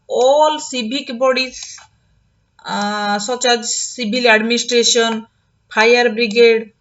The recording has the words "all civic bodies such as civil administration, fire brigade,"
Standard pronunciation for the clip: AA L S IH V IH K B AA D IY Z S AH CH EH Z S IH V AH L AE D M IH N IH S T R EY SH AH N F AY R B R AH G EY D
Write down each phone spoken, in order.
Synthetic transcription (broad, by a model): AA L S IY B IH K B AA D IY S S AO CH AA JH S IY B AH L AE D M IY N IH S T R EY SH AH N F AY R B R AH G EY D